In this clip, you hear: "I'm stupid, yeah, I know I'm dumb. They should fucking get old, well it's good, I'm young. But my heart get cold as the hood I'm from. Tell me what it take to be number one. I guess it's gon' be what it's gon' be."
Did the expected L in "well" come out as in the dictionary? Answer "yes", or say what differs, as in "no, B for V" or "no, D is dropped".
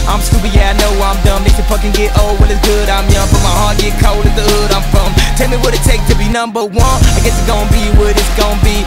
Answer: no, N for L